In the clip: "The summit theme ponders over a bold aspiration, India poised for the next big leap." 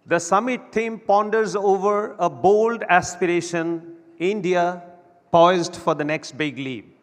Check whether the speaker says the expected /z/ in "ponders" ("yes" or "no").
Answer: yes